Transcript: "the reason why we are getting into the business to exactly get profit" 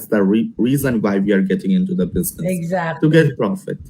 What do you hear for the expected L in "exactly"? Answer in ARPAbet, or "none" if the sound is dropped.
none